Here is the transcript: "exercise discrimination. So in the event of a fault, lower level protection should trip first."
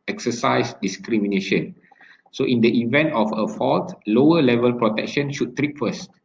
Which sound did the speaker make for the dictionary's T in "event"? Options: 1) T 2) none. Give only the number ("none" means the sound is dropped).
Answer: 1